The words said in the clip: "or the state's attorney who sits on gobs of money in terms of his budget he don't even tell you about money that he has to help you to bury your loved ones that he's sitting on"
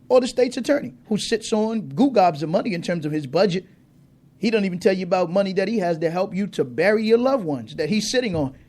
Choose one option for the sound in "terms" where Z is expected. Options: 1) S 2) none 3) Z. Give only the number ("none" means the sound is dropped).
3